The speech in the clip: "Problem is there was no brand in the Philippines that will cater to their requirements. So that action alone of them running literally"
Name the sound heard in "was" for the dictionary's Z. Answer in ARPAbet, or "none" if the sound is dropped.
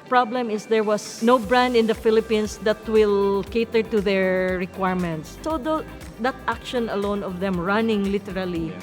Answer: S